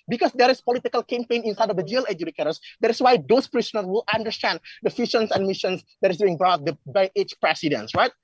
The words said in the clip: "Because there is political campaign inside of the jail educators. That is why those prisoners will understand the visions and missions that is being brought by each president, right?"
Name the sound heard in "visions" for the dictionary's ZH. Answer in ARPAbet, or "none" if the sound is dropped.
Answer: SH